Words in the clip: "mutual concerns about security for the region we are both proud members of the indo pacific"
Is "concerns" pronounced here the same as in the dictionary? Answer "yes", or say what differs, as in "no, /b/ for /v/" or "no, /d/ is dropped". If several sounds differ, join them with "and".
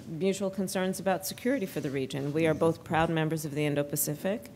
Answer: yes